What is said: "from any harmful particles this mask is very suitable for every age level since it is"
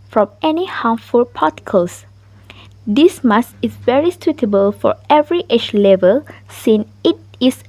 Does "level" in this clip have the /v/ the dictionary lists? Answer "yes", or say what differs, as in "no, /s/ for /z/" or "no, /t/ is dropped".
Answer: yes